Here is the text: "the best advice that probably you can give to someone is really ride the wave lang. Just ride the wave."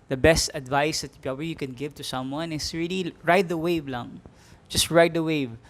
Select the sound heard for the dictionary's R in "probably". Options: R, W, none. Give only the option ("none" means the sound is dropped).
none